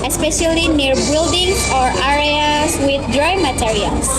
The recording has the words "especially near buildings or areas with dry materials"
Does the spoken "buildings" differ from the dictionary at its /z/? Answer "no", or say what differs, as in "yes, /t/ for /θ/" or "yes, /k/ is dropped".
yes, /z/ is dropped